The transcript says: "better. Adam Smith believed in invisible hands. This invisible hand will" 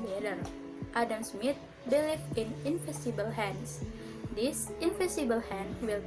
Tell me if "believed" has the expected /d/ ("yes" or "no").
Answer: no